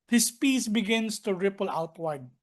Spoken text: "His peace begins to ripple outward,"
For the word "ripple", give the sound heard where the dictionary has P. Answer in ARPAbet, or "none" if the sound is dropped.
P